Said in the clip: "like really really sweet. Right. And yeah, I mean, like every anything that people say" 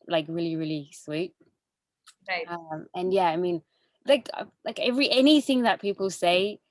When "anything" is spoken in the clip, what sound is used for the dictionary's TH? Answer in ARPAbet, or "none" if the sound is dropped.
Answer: TH